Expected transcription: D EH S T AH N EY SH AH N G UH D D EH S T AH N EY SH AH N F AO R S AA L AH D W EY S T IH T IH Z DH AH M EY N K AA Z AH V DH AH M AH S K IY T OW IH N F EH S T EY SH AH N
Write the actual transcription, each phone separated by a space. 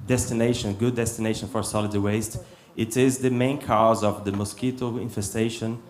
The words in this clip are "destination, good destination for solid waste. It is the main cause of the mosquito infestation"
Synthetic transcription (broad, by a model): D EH S T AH N EY SH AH N G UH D D EH S T AH N EY SH AH N F AO R S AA L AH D W EY S T IH T IH Z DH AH M EY N K AA Z AH V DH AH M AH S K IY T OW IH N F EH S T EY SH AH N